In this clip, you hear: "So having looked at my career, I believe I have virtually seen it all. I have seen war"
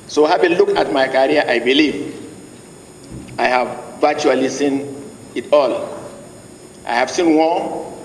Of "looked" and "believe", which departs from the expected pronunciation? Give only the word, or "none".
looked